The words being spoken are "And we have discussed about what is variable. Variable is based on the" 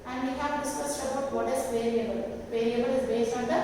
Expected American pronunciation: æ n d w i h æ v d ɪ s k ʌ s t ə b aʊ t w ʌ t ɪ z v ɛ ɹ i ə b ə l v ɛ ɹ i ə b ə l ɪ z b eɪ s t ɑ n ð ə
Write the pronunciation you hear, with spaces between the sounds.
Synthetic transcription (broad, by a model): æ n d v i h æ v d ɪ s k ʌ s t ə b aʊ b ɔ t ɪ s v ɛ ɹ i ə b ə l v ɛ ɹ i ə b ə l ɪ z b eɪ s ɑ n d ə